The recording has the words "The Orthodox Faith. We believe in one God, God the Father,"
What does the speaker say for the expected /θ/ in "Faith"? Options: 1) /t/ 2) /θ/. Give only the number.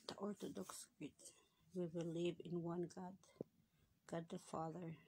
1